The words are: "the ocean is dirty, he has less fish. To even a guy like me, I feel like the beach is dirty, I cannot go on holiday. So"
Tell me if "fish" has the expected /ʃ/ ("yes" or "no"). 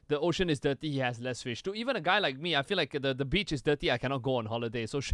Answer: yes